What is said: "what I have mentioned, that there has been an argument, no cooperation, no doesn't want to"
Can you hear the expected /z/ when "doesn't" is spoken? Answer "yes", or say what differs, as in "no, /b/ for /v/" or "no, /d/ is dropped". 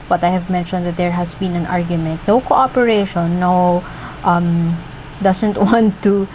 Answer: no, /s/ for /z/